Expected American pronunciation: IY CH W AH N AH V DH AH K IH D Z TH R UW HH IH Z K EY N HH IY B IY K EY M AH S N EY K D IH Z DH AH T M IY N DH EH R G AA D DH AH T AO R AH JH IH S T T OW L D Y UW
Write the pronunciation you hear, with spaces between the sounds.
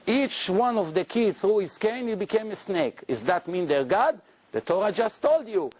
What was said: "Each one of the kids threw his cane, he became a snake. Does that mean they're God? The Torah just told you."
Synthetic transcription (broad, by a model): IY CH W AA N AH V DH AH K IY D TH R UW HH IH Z K EY N HH IY B IY K EY M AH S N EY K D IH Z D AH T M IY N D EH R G AA D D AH T AO R AH JH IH S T T OW L D Y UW